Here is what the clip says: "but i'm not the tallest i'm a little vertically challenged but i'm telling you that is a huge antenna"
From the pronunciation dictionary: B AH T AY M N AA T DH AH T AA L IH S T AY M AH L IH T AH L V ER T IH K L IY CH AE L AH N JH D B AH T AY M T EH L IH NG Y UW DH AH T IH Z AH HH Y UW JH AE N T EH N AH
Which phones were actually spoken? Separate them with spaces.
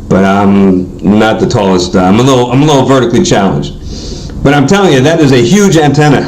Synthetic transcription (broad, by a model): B AH T AY M N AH T DH AH T AA L IH S T AY M AH L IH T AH L V ER T IH K L IY CH AE L AH N JH D B AH T AY M T EH L IH NG Y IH DH AH T IH Z AH HH Y UW JH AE N T EH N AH